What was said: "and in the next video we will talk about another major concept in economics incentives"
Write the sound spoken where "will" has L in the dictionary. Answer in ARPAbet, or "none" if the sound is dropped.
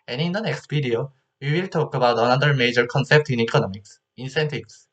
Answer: L